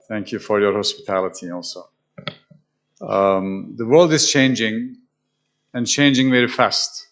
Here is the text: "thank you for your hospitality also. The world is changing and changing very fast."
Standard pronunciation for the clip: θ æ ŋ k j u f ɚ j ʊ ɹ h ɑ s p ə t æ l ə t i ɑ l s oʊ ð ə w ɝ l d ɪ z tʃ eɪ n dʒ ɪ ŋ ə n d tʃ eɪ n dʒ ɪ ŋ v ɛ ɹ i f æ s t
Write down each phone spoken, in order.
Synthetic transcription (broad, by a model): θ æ ŋ k j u f ɚ j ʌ ɹ h ɑ s p ə t æ l ə t i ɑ l s oʊ ð ə w ɝ l d ɪ z tʃ eɪ n dʒ ɪ ŋ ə n tʃ eɪ n dʒ ɪ ŋ v ɛ ɹ i f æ s t